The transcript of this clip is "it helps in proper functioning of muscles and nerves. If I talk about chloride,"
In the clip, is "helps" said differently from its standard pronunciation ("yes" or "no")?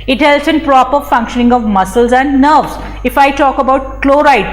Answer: yes